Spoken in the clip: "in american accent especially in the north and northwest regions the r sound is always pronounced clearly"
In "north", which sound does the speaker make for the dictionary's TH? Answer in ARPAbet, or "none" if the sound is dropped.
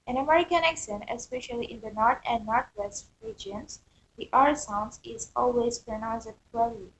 T